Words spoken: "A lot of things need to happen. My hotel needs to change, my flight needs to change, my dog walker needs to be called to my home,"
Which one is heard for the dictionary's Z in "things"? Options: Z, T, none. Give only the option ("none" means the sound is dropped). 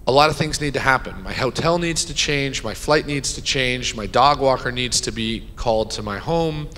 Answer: Z